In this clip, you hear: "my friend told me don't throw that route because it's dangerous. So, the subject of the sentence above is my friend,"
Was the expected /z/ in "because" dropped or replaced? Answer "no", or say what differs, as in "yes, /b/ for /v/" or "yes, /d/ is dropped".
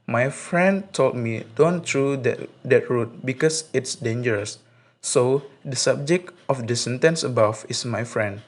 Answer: yes, /s/ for /z/